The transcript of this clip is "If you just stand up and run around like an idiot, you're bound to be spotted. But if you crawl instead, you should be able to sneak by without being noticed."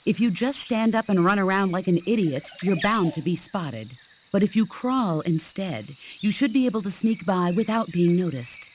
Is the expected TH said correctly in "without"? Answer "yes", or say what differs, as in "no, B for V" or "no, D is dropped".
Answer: yes